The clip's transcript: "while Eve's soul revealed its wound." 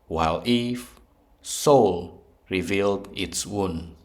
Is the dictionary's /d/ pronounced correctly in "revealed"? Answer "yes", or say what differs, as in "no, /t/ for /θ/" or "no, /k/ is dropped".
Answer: yes